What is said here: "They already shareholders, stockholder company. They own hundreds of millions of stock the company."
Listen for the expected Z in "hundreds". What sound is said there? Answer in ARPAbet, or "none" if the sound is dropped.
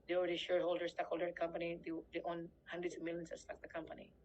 S